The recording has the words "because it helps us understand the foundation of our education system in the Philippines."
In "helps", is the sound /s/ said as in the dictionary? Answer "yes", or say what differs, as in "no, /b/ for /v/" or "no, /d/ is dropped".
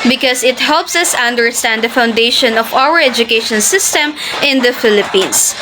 yes